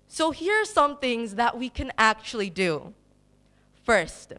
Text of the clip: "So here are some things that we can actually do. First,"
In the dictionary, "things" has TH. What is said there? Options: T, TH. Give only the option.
TH